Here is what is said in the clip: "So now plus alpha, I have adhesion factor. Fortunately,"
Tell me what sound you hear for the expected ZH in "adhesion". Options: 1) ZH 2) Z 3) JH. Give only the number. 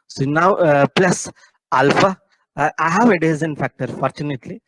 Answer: 2